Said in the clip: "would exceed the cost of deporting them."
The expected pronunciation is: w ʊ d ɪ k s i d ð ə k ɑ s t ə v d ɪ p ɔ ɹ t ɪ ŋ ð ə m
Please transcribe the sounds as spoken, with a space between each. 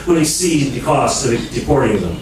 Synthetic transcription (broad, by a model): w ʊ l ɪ s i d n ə k ɑ s t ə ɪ d ɪ p ɔ ɹ t ɪ ŋ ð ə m